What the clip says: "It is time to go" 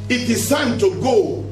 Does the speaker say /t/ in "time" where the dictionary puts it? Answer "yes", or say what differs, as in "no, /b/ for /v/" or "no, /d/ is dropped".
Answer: no, /s/ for /t/